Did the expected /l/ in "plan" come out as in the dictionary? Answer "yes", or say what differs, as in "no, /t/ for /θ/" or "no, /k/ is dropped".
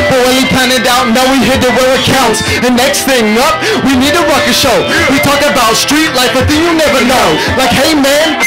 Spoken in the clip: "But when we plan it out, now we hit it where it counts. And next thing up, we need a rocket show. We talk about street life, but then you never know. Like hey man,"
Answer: no, /l/ is dropped